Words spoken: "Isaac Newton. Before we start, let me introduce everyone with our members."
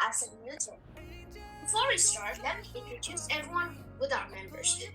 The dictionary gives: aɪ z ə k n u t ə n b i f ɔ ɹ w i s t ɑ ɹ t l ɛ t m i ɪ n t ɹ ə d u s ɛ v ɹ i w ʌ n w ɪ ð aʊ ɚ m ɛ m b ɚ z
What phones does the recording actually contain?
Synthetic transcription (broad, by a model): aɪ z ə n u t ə b i f ɔ ɹ w i s t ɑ ɹ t l ɛ t m i ɪ n t ɹ ə d u s ɛ v ɹ i w ʌ n w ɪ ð aʊ ɚ m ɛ m b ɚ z